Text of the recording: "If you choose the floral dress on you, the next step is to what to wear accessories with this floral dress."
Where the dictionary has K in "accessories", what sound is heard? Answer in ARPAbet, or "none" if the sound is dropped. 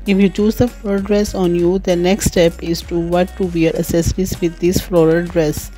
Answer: none